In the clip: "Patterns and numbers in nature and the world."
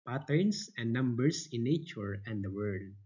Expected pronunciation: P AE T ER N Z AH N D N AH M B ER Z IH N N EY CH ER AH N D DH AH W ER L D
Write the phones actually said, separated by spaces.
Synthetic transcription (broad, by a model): P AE T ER N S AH N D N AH M B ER S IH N N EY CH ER AH N D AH W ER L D